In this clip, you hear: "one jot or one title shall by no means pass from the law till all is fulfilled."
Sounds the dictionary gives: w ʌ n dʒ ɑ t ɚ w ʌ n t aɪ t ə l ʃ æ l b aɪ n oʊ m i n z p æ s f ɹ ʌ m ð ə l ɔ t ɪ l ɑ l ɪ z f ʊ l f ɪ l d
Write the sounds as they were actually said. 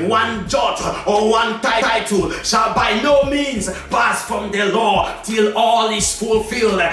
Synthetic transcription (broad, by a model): w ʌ n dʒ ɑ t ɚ w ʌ n t aɪ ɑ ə l ʃ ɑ l b aɪ n oʊ m i n z p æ s f ɹ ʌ m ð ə l ɔ t ɪ l ɑ l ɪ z f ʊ l f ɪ l d